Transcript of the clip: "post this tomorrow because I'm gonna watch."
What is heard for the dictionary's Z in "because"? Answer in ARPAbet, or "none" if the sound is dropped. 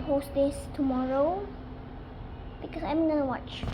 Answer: S